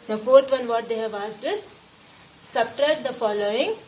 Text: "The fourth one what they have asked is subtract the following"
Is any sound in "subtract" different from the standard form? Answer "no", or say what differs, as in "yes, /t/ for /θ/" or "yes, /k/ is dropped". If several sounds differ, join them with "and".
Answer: yes, /k/ is dropped